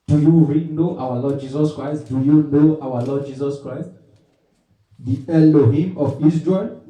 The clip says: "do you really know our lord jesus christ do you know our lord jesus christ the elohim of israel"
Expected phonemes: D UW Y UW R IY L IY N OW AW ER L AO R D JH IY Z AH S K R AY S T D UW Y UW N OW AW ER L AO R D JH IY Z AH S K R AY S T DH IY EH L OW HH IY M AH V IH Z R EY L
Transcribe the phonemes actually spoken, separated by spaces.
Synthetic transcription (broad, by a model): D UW Y UW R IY N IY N AW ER L AO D JH IY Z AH S K R AY S T D UW Y UW N OW AW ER L AO D JH IY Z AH S K R AY S T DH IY EH L OW HH IY M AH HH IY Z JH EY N